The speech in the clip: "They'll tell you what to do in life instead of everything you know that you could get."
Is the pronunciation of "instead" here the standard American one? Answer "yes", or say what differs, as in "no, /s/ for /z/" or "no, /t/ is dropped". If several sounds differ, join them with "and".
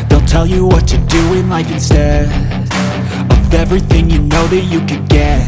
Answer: no, /d/ is dropped